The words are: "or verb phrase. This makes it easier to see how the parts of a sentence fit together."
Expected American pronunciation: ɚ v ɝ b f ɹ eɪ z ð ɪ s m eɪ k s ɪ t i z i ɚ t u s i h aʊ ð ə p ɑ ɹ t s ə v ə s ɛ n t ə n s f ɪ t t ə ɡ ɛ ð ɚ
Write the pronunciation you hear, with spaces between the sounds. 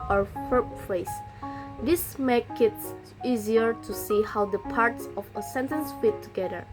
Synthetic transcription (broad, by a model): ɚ f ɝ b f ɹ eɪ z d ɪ s m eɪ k ɪ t i z i ɚ t u s i h aʊ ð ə p ɑ ɹ t s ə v ə s ɛ n t ə n s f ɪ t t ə ɡ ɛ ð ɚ